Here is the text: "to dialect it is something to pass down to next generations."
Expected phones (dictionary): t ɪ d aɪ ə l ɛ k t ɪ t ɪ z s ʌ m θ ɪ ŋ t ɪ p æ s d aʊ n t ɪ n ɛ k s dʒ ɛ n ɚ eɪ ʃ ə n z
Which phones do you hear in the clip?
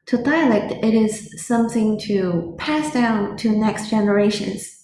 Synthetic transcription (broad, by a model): t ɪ d aɪ ə l ɛ k t ɪ t ɪ z s ʌ m θ ɪ ŋ t ɪ p æ s d aʊ n t ɪ n ɛ k s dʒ ɛ n ɚ eɪ ʃ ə n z